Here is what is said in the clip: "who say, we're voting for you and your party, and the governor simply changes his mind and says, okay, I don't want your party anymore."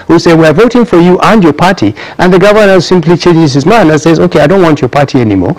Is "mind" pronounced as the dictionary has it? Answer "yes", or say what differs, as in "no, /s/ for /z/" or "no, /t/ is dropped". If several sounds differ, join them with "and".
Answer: no, /d/ is dropped